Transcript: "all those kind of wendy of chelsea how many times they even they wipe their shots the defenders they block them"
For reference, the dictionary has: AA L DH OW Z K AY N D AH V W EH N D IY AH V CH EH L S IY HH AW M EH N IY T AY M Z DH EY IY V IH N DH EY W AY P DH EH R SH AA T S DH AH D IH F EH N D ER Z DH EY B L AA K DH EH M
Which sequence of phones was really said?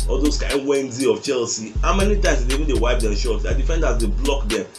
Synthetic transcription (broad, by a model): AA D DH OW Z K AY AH W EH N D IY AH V CH EH L S IY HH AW M EH N IY T AY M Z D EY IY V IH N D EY W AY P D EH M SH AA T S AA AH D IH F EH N D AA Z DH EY B L AA K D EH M